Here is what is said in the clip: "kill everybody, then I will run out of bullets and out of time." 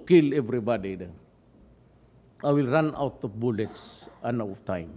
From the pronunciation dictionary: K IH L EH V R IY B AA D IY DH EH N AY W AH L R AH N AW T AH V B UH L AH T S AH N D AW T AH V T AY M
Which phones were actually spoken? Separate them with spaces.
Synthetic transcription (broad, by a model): K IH L EH V R IY B AA D IY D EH AY W AH L R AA N AW T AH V B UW L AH T S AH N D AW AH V T AY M